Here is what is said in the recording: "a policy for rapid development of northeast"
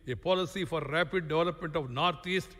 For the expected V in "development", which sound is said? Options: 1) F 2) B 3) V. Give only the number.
3